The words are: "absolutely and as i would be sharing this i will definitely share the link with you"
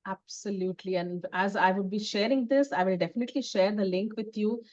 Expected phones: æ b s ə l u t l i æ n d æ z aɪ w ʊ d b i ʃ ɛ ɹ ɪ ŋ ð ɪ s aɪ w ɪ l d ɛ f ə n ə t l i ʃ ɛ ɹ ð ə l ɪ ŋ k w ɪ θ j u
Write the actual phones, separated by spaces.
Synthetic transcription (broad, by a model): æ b s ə l u t l i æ n d æ z aɪ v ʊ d b i ʃ ɛ ɹ ɪ ŋ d ɪ s aɪ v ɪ l d ɛ f ə n ə t l i ʃ ɛ ɹ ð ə l ɪ ŋ k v ɪ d j u